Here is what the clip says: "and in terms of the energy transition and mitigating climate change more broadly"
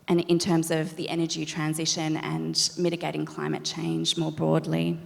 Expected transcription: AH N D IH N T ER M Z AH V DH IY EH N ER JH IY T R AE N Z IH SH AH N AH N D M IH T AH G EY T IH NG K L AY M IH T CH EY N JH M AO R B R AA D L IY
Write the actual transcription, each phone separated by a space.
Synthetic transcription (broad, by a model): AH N IH N T ER M Z AH V DH IY EH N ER JH IY T R AE N Z IH SH AH N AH N M IH T AH G EY T IH NG K L AY M IH T CH EY N JH M AO R B R AA D L IY